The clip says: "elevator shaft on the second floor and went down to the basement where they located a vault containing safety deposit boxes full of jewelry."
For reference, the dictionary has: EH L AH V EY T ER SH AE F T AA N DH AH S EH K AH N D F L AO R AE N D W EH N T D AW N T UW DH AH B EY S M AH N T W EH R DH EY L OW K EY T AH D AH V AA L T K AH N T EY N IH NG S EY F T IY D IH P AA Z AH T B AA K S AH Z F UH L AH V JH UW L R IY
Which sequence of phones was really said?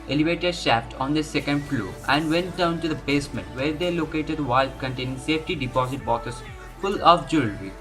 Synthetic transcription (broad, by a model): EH L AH V EY T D SH AE F T AA N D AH S EH K AH N D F L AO AE N D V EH N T D AW N T UW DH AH B EY S M AH N T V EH R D EY L OW K EY T AH D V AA L K AH N T EY N IH NG S EY F T IY D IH P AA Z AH T B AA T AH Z F UH L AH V JH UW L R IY